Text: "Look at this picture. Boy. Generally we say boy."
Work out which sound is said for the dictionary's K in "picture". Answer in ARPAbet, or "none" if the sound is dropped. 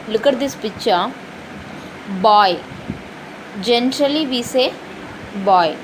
none